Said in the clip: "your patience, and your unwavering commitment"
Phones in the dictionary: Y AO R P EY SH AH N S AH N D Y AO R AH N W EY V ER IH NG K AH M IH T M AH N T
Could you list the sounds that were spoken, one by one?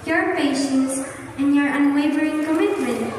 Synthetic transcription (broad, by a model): Y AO R P EY SH AH N S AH N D Y AO R AH N W EY V ER IH NG K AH M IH T M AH N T